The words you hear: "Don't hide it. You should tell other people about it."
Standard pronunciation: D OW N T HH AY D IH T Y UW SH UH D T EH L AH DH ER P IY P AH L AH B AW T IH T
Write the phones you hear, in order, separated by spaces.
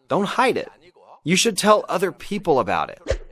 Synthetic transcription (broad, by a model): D OW N T HH AY D IH T Y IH SH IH D T EH L AH DH ER P IY P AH L AH B AW T IH T